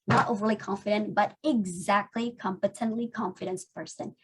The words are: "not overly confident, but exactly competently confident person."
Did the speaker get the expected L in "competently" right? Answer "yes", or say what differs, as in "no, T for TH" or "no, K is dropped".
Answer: yes